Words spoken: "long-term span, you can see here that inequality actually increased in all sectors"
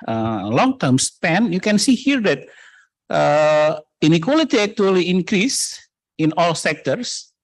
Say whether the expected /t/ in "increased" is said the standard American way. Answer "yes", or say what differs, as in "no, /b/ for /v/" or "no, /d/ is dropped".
no, /t/ is dropped